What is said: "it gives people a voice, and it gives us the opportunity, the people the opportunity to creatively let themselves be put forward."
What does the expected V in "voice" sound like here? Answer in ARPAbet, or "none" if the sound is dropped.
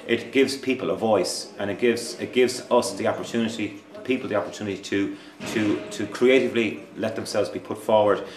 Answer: V